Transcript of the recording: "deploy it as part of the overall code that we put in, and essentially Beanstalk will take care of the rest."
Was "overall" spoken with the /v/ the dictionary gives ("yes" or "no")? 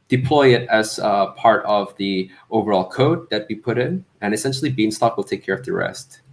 yes